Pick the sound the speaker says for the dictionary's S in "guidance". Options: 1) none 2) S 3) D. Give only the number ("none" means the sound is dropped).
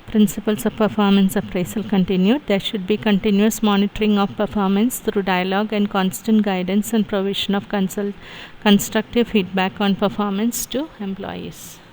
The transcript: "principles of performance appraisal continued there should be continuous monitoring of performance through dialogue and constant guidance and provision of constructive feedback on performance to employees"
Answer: 2